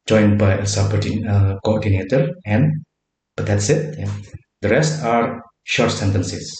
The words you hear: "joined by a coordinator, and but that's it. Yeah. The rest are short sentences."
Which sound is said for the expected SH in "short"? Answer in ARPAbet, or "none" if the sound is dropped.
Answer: SH